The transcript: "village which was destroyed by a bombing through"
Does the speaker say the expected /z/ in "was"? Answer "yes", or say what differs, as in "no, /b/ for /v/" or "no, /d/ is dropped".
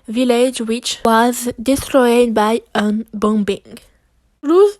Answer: yes